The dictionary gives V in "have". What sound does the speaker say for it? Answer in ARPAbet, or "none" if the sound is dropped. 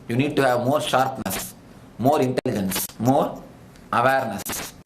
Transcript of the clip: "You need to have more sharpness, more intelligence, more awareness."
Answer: V